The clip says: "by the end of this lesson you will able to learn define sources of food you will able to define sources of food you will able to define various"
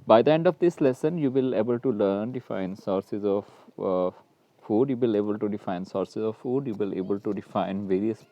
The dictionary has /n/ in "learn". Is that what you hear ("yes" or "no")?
yes